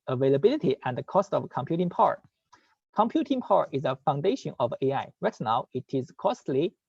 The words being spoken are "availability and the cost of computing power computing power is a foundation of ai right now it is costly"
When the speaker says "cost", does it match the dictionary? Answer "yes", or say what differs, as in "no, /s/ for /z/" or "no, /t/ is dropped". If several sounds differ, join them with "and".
yes